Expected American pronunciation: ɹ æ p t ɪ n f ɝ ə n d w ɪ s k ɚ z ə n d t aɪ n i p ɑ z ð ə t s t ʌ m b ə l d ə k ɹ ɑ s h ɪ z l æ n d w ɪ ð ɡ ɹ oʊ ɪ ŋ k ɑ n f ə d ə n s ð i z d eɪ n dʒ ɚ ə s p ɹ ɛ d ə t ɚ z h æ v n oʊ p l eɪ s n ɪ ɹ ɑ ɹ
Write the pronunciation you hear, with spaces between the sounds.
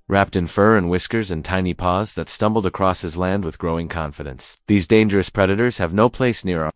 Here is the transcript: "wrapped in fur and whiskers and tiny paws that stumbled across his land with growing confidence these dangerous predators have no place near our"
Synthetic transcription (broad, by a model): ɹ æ p t ɪ n f ɝ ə n w ɪ s k ɚ z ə n t aɪ n i p ɑ z ð ə t s t ʌ m b l d ə k ɹ ɑ s h ɪ z l æ n d w ɪ ð ɡ ɹ oʊ ɪ ŋ k ɑ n f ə d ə n s ð i z d eɪ n dʒ ɚ ə s p ɹ ɛ d ə t ɚ z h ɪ v n oʊ p l eɪ s n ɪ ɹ ɹ